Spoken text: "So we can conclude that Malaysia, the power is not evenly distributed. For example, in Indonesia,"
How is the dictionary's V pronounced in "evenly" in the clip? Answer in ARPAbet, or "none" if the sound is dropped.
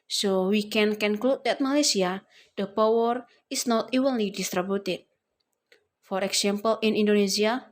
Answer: W